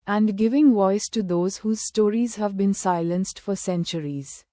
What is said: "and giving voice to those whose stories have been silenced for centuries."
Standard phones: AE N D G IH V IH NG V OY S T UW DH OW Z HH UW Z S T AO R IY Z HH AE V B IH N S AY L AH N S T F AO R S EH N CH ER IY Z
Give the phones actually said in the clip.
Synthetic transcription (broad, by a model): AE N D G IH V IH NG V OY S T UW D OW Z HH UW Z S T AO R IY Z HH AE V B IH N S AY L AH N S T F AO R S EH N CH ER IY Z